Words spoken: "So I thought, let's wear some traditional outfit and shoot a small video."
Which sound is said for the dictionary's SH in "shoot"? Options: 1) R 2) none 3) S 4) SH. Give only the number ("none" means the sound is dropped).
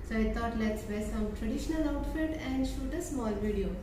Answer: 4